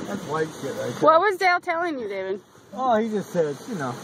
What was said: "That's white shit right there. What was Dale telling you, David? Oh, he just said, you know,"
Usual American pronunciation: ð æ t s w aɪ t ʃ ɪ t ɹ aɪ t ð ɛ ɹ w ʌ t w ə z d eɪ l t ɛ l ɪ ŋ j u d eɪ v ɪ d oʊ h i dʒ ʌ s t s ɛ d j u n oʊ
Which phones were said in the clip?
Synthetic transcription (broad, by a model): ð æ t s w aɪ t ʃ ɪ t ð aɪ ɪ w ʌ t w ə z d eɪ l t ɛ l ɪ ŋ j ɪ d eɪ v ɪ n oʊ h i dʒ ʌ s t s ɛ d j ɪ n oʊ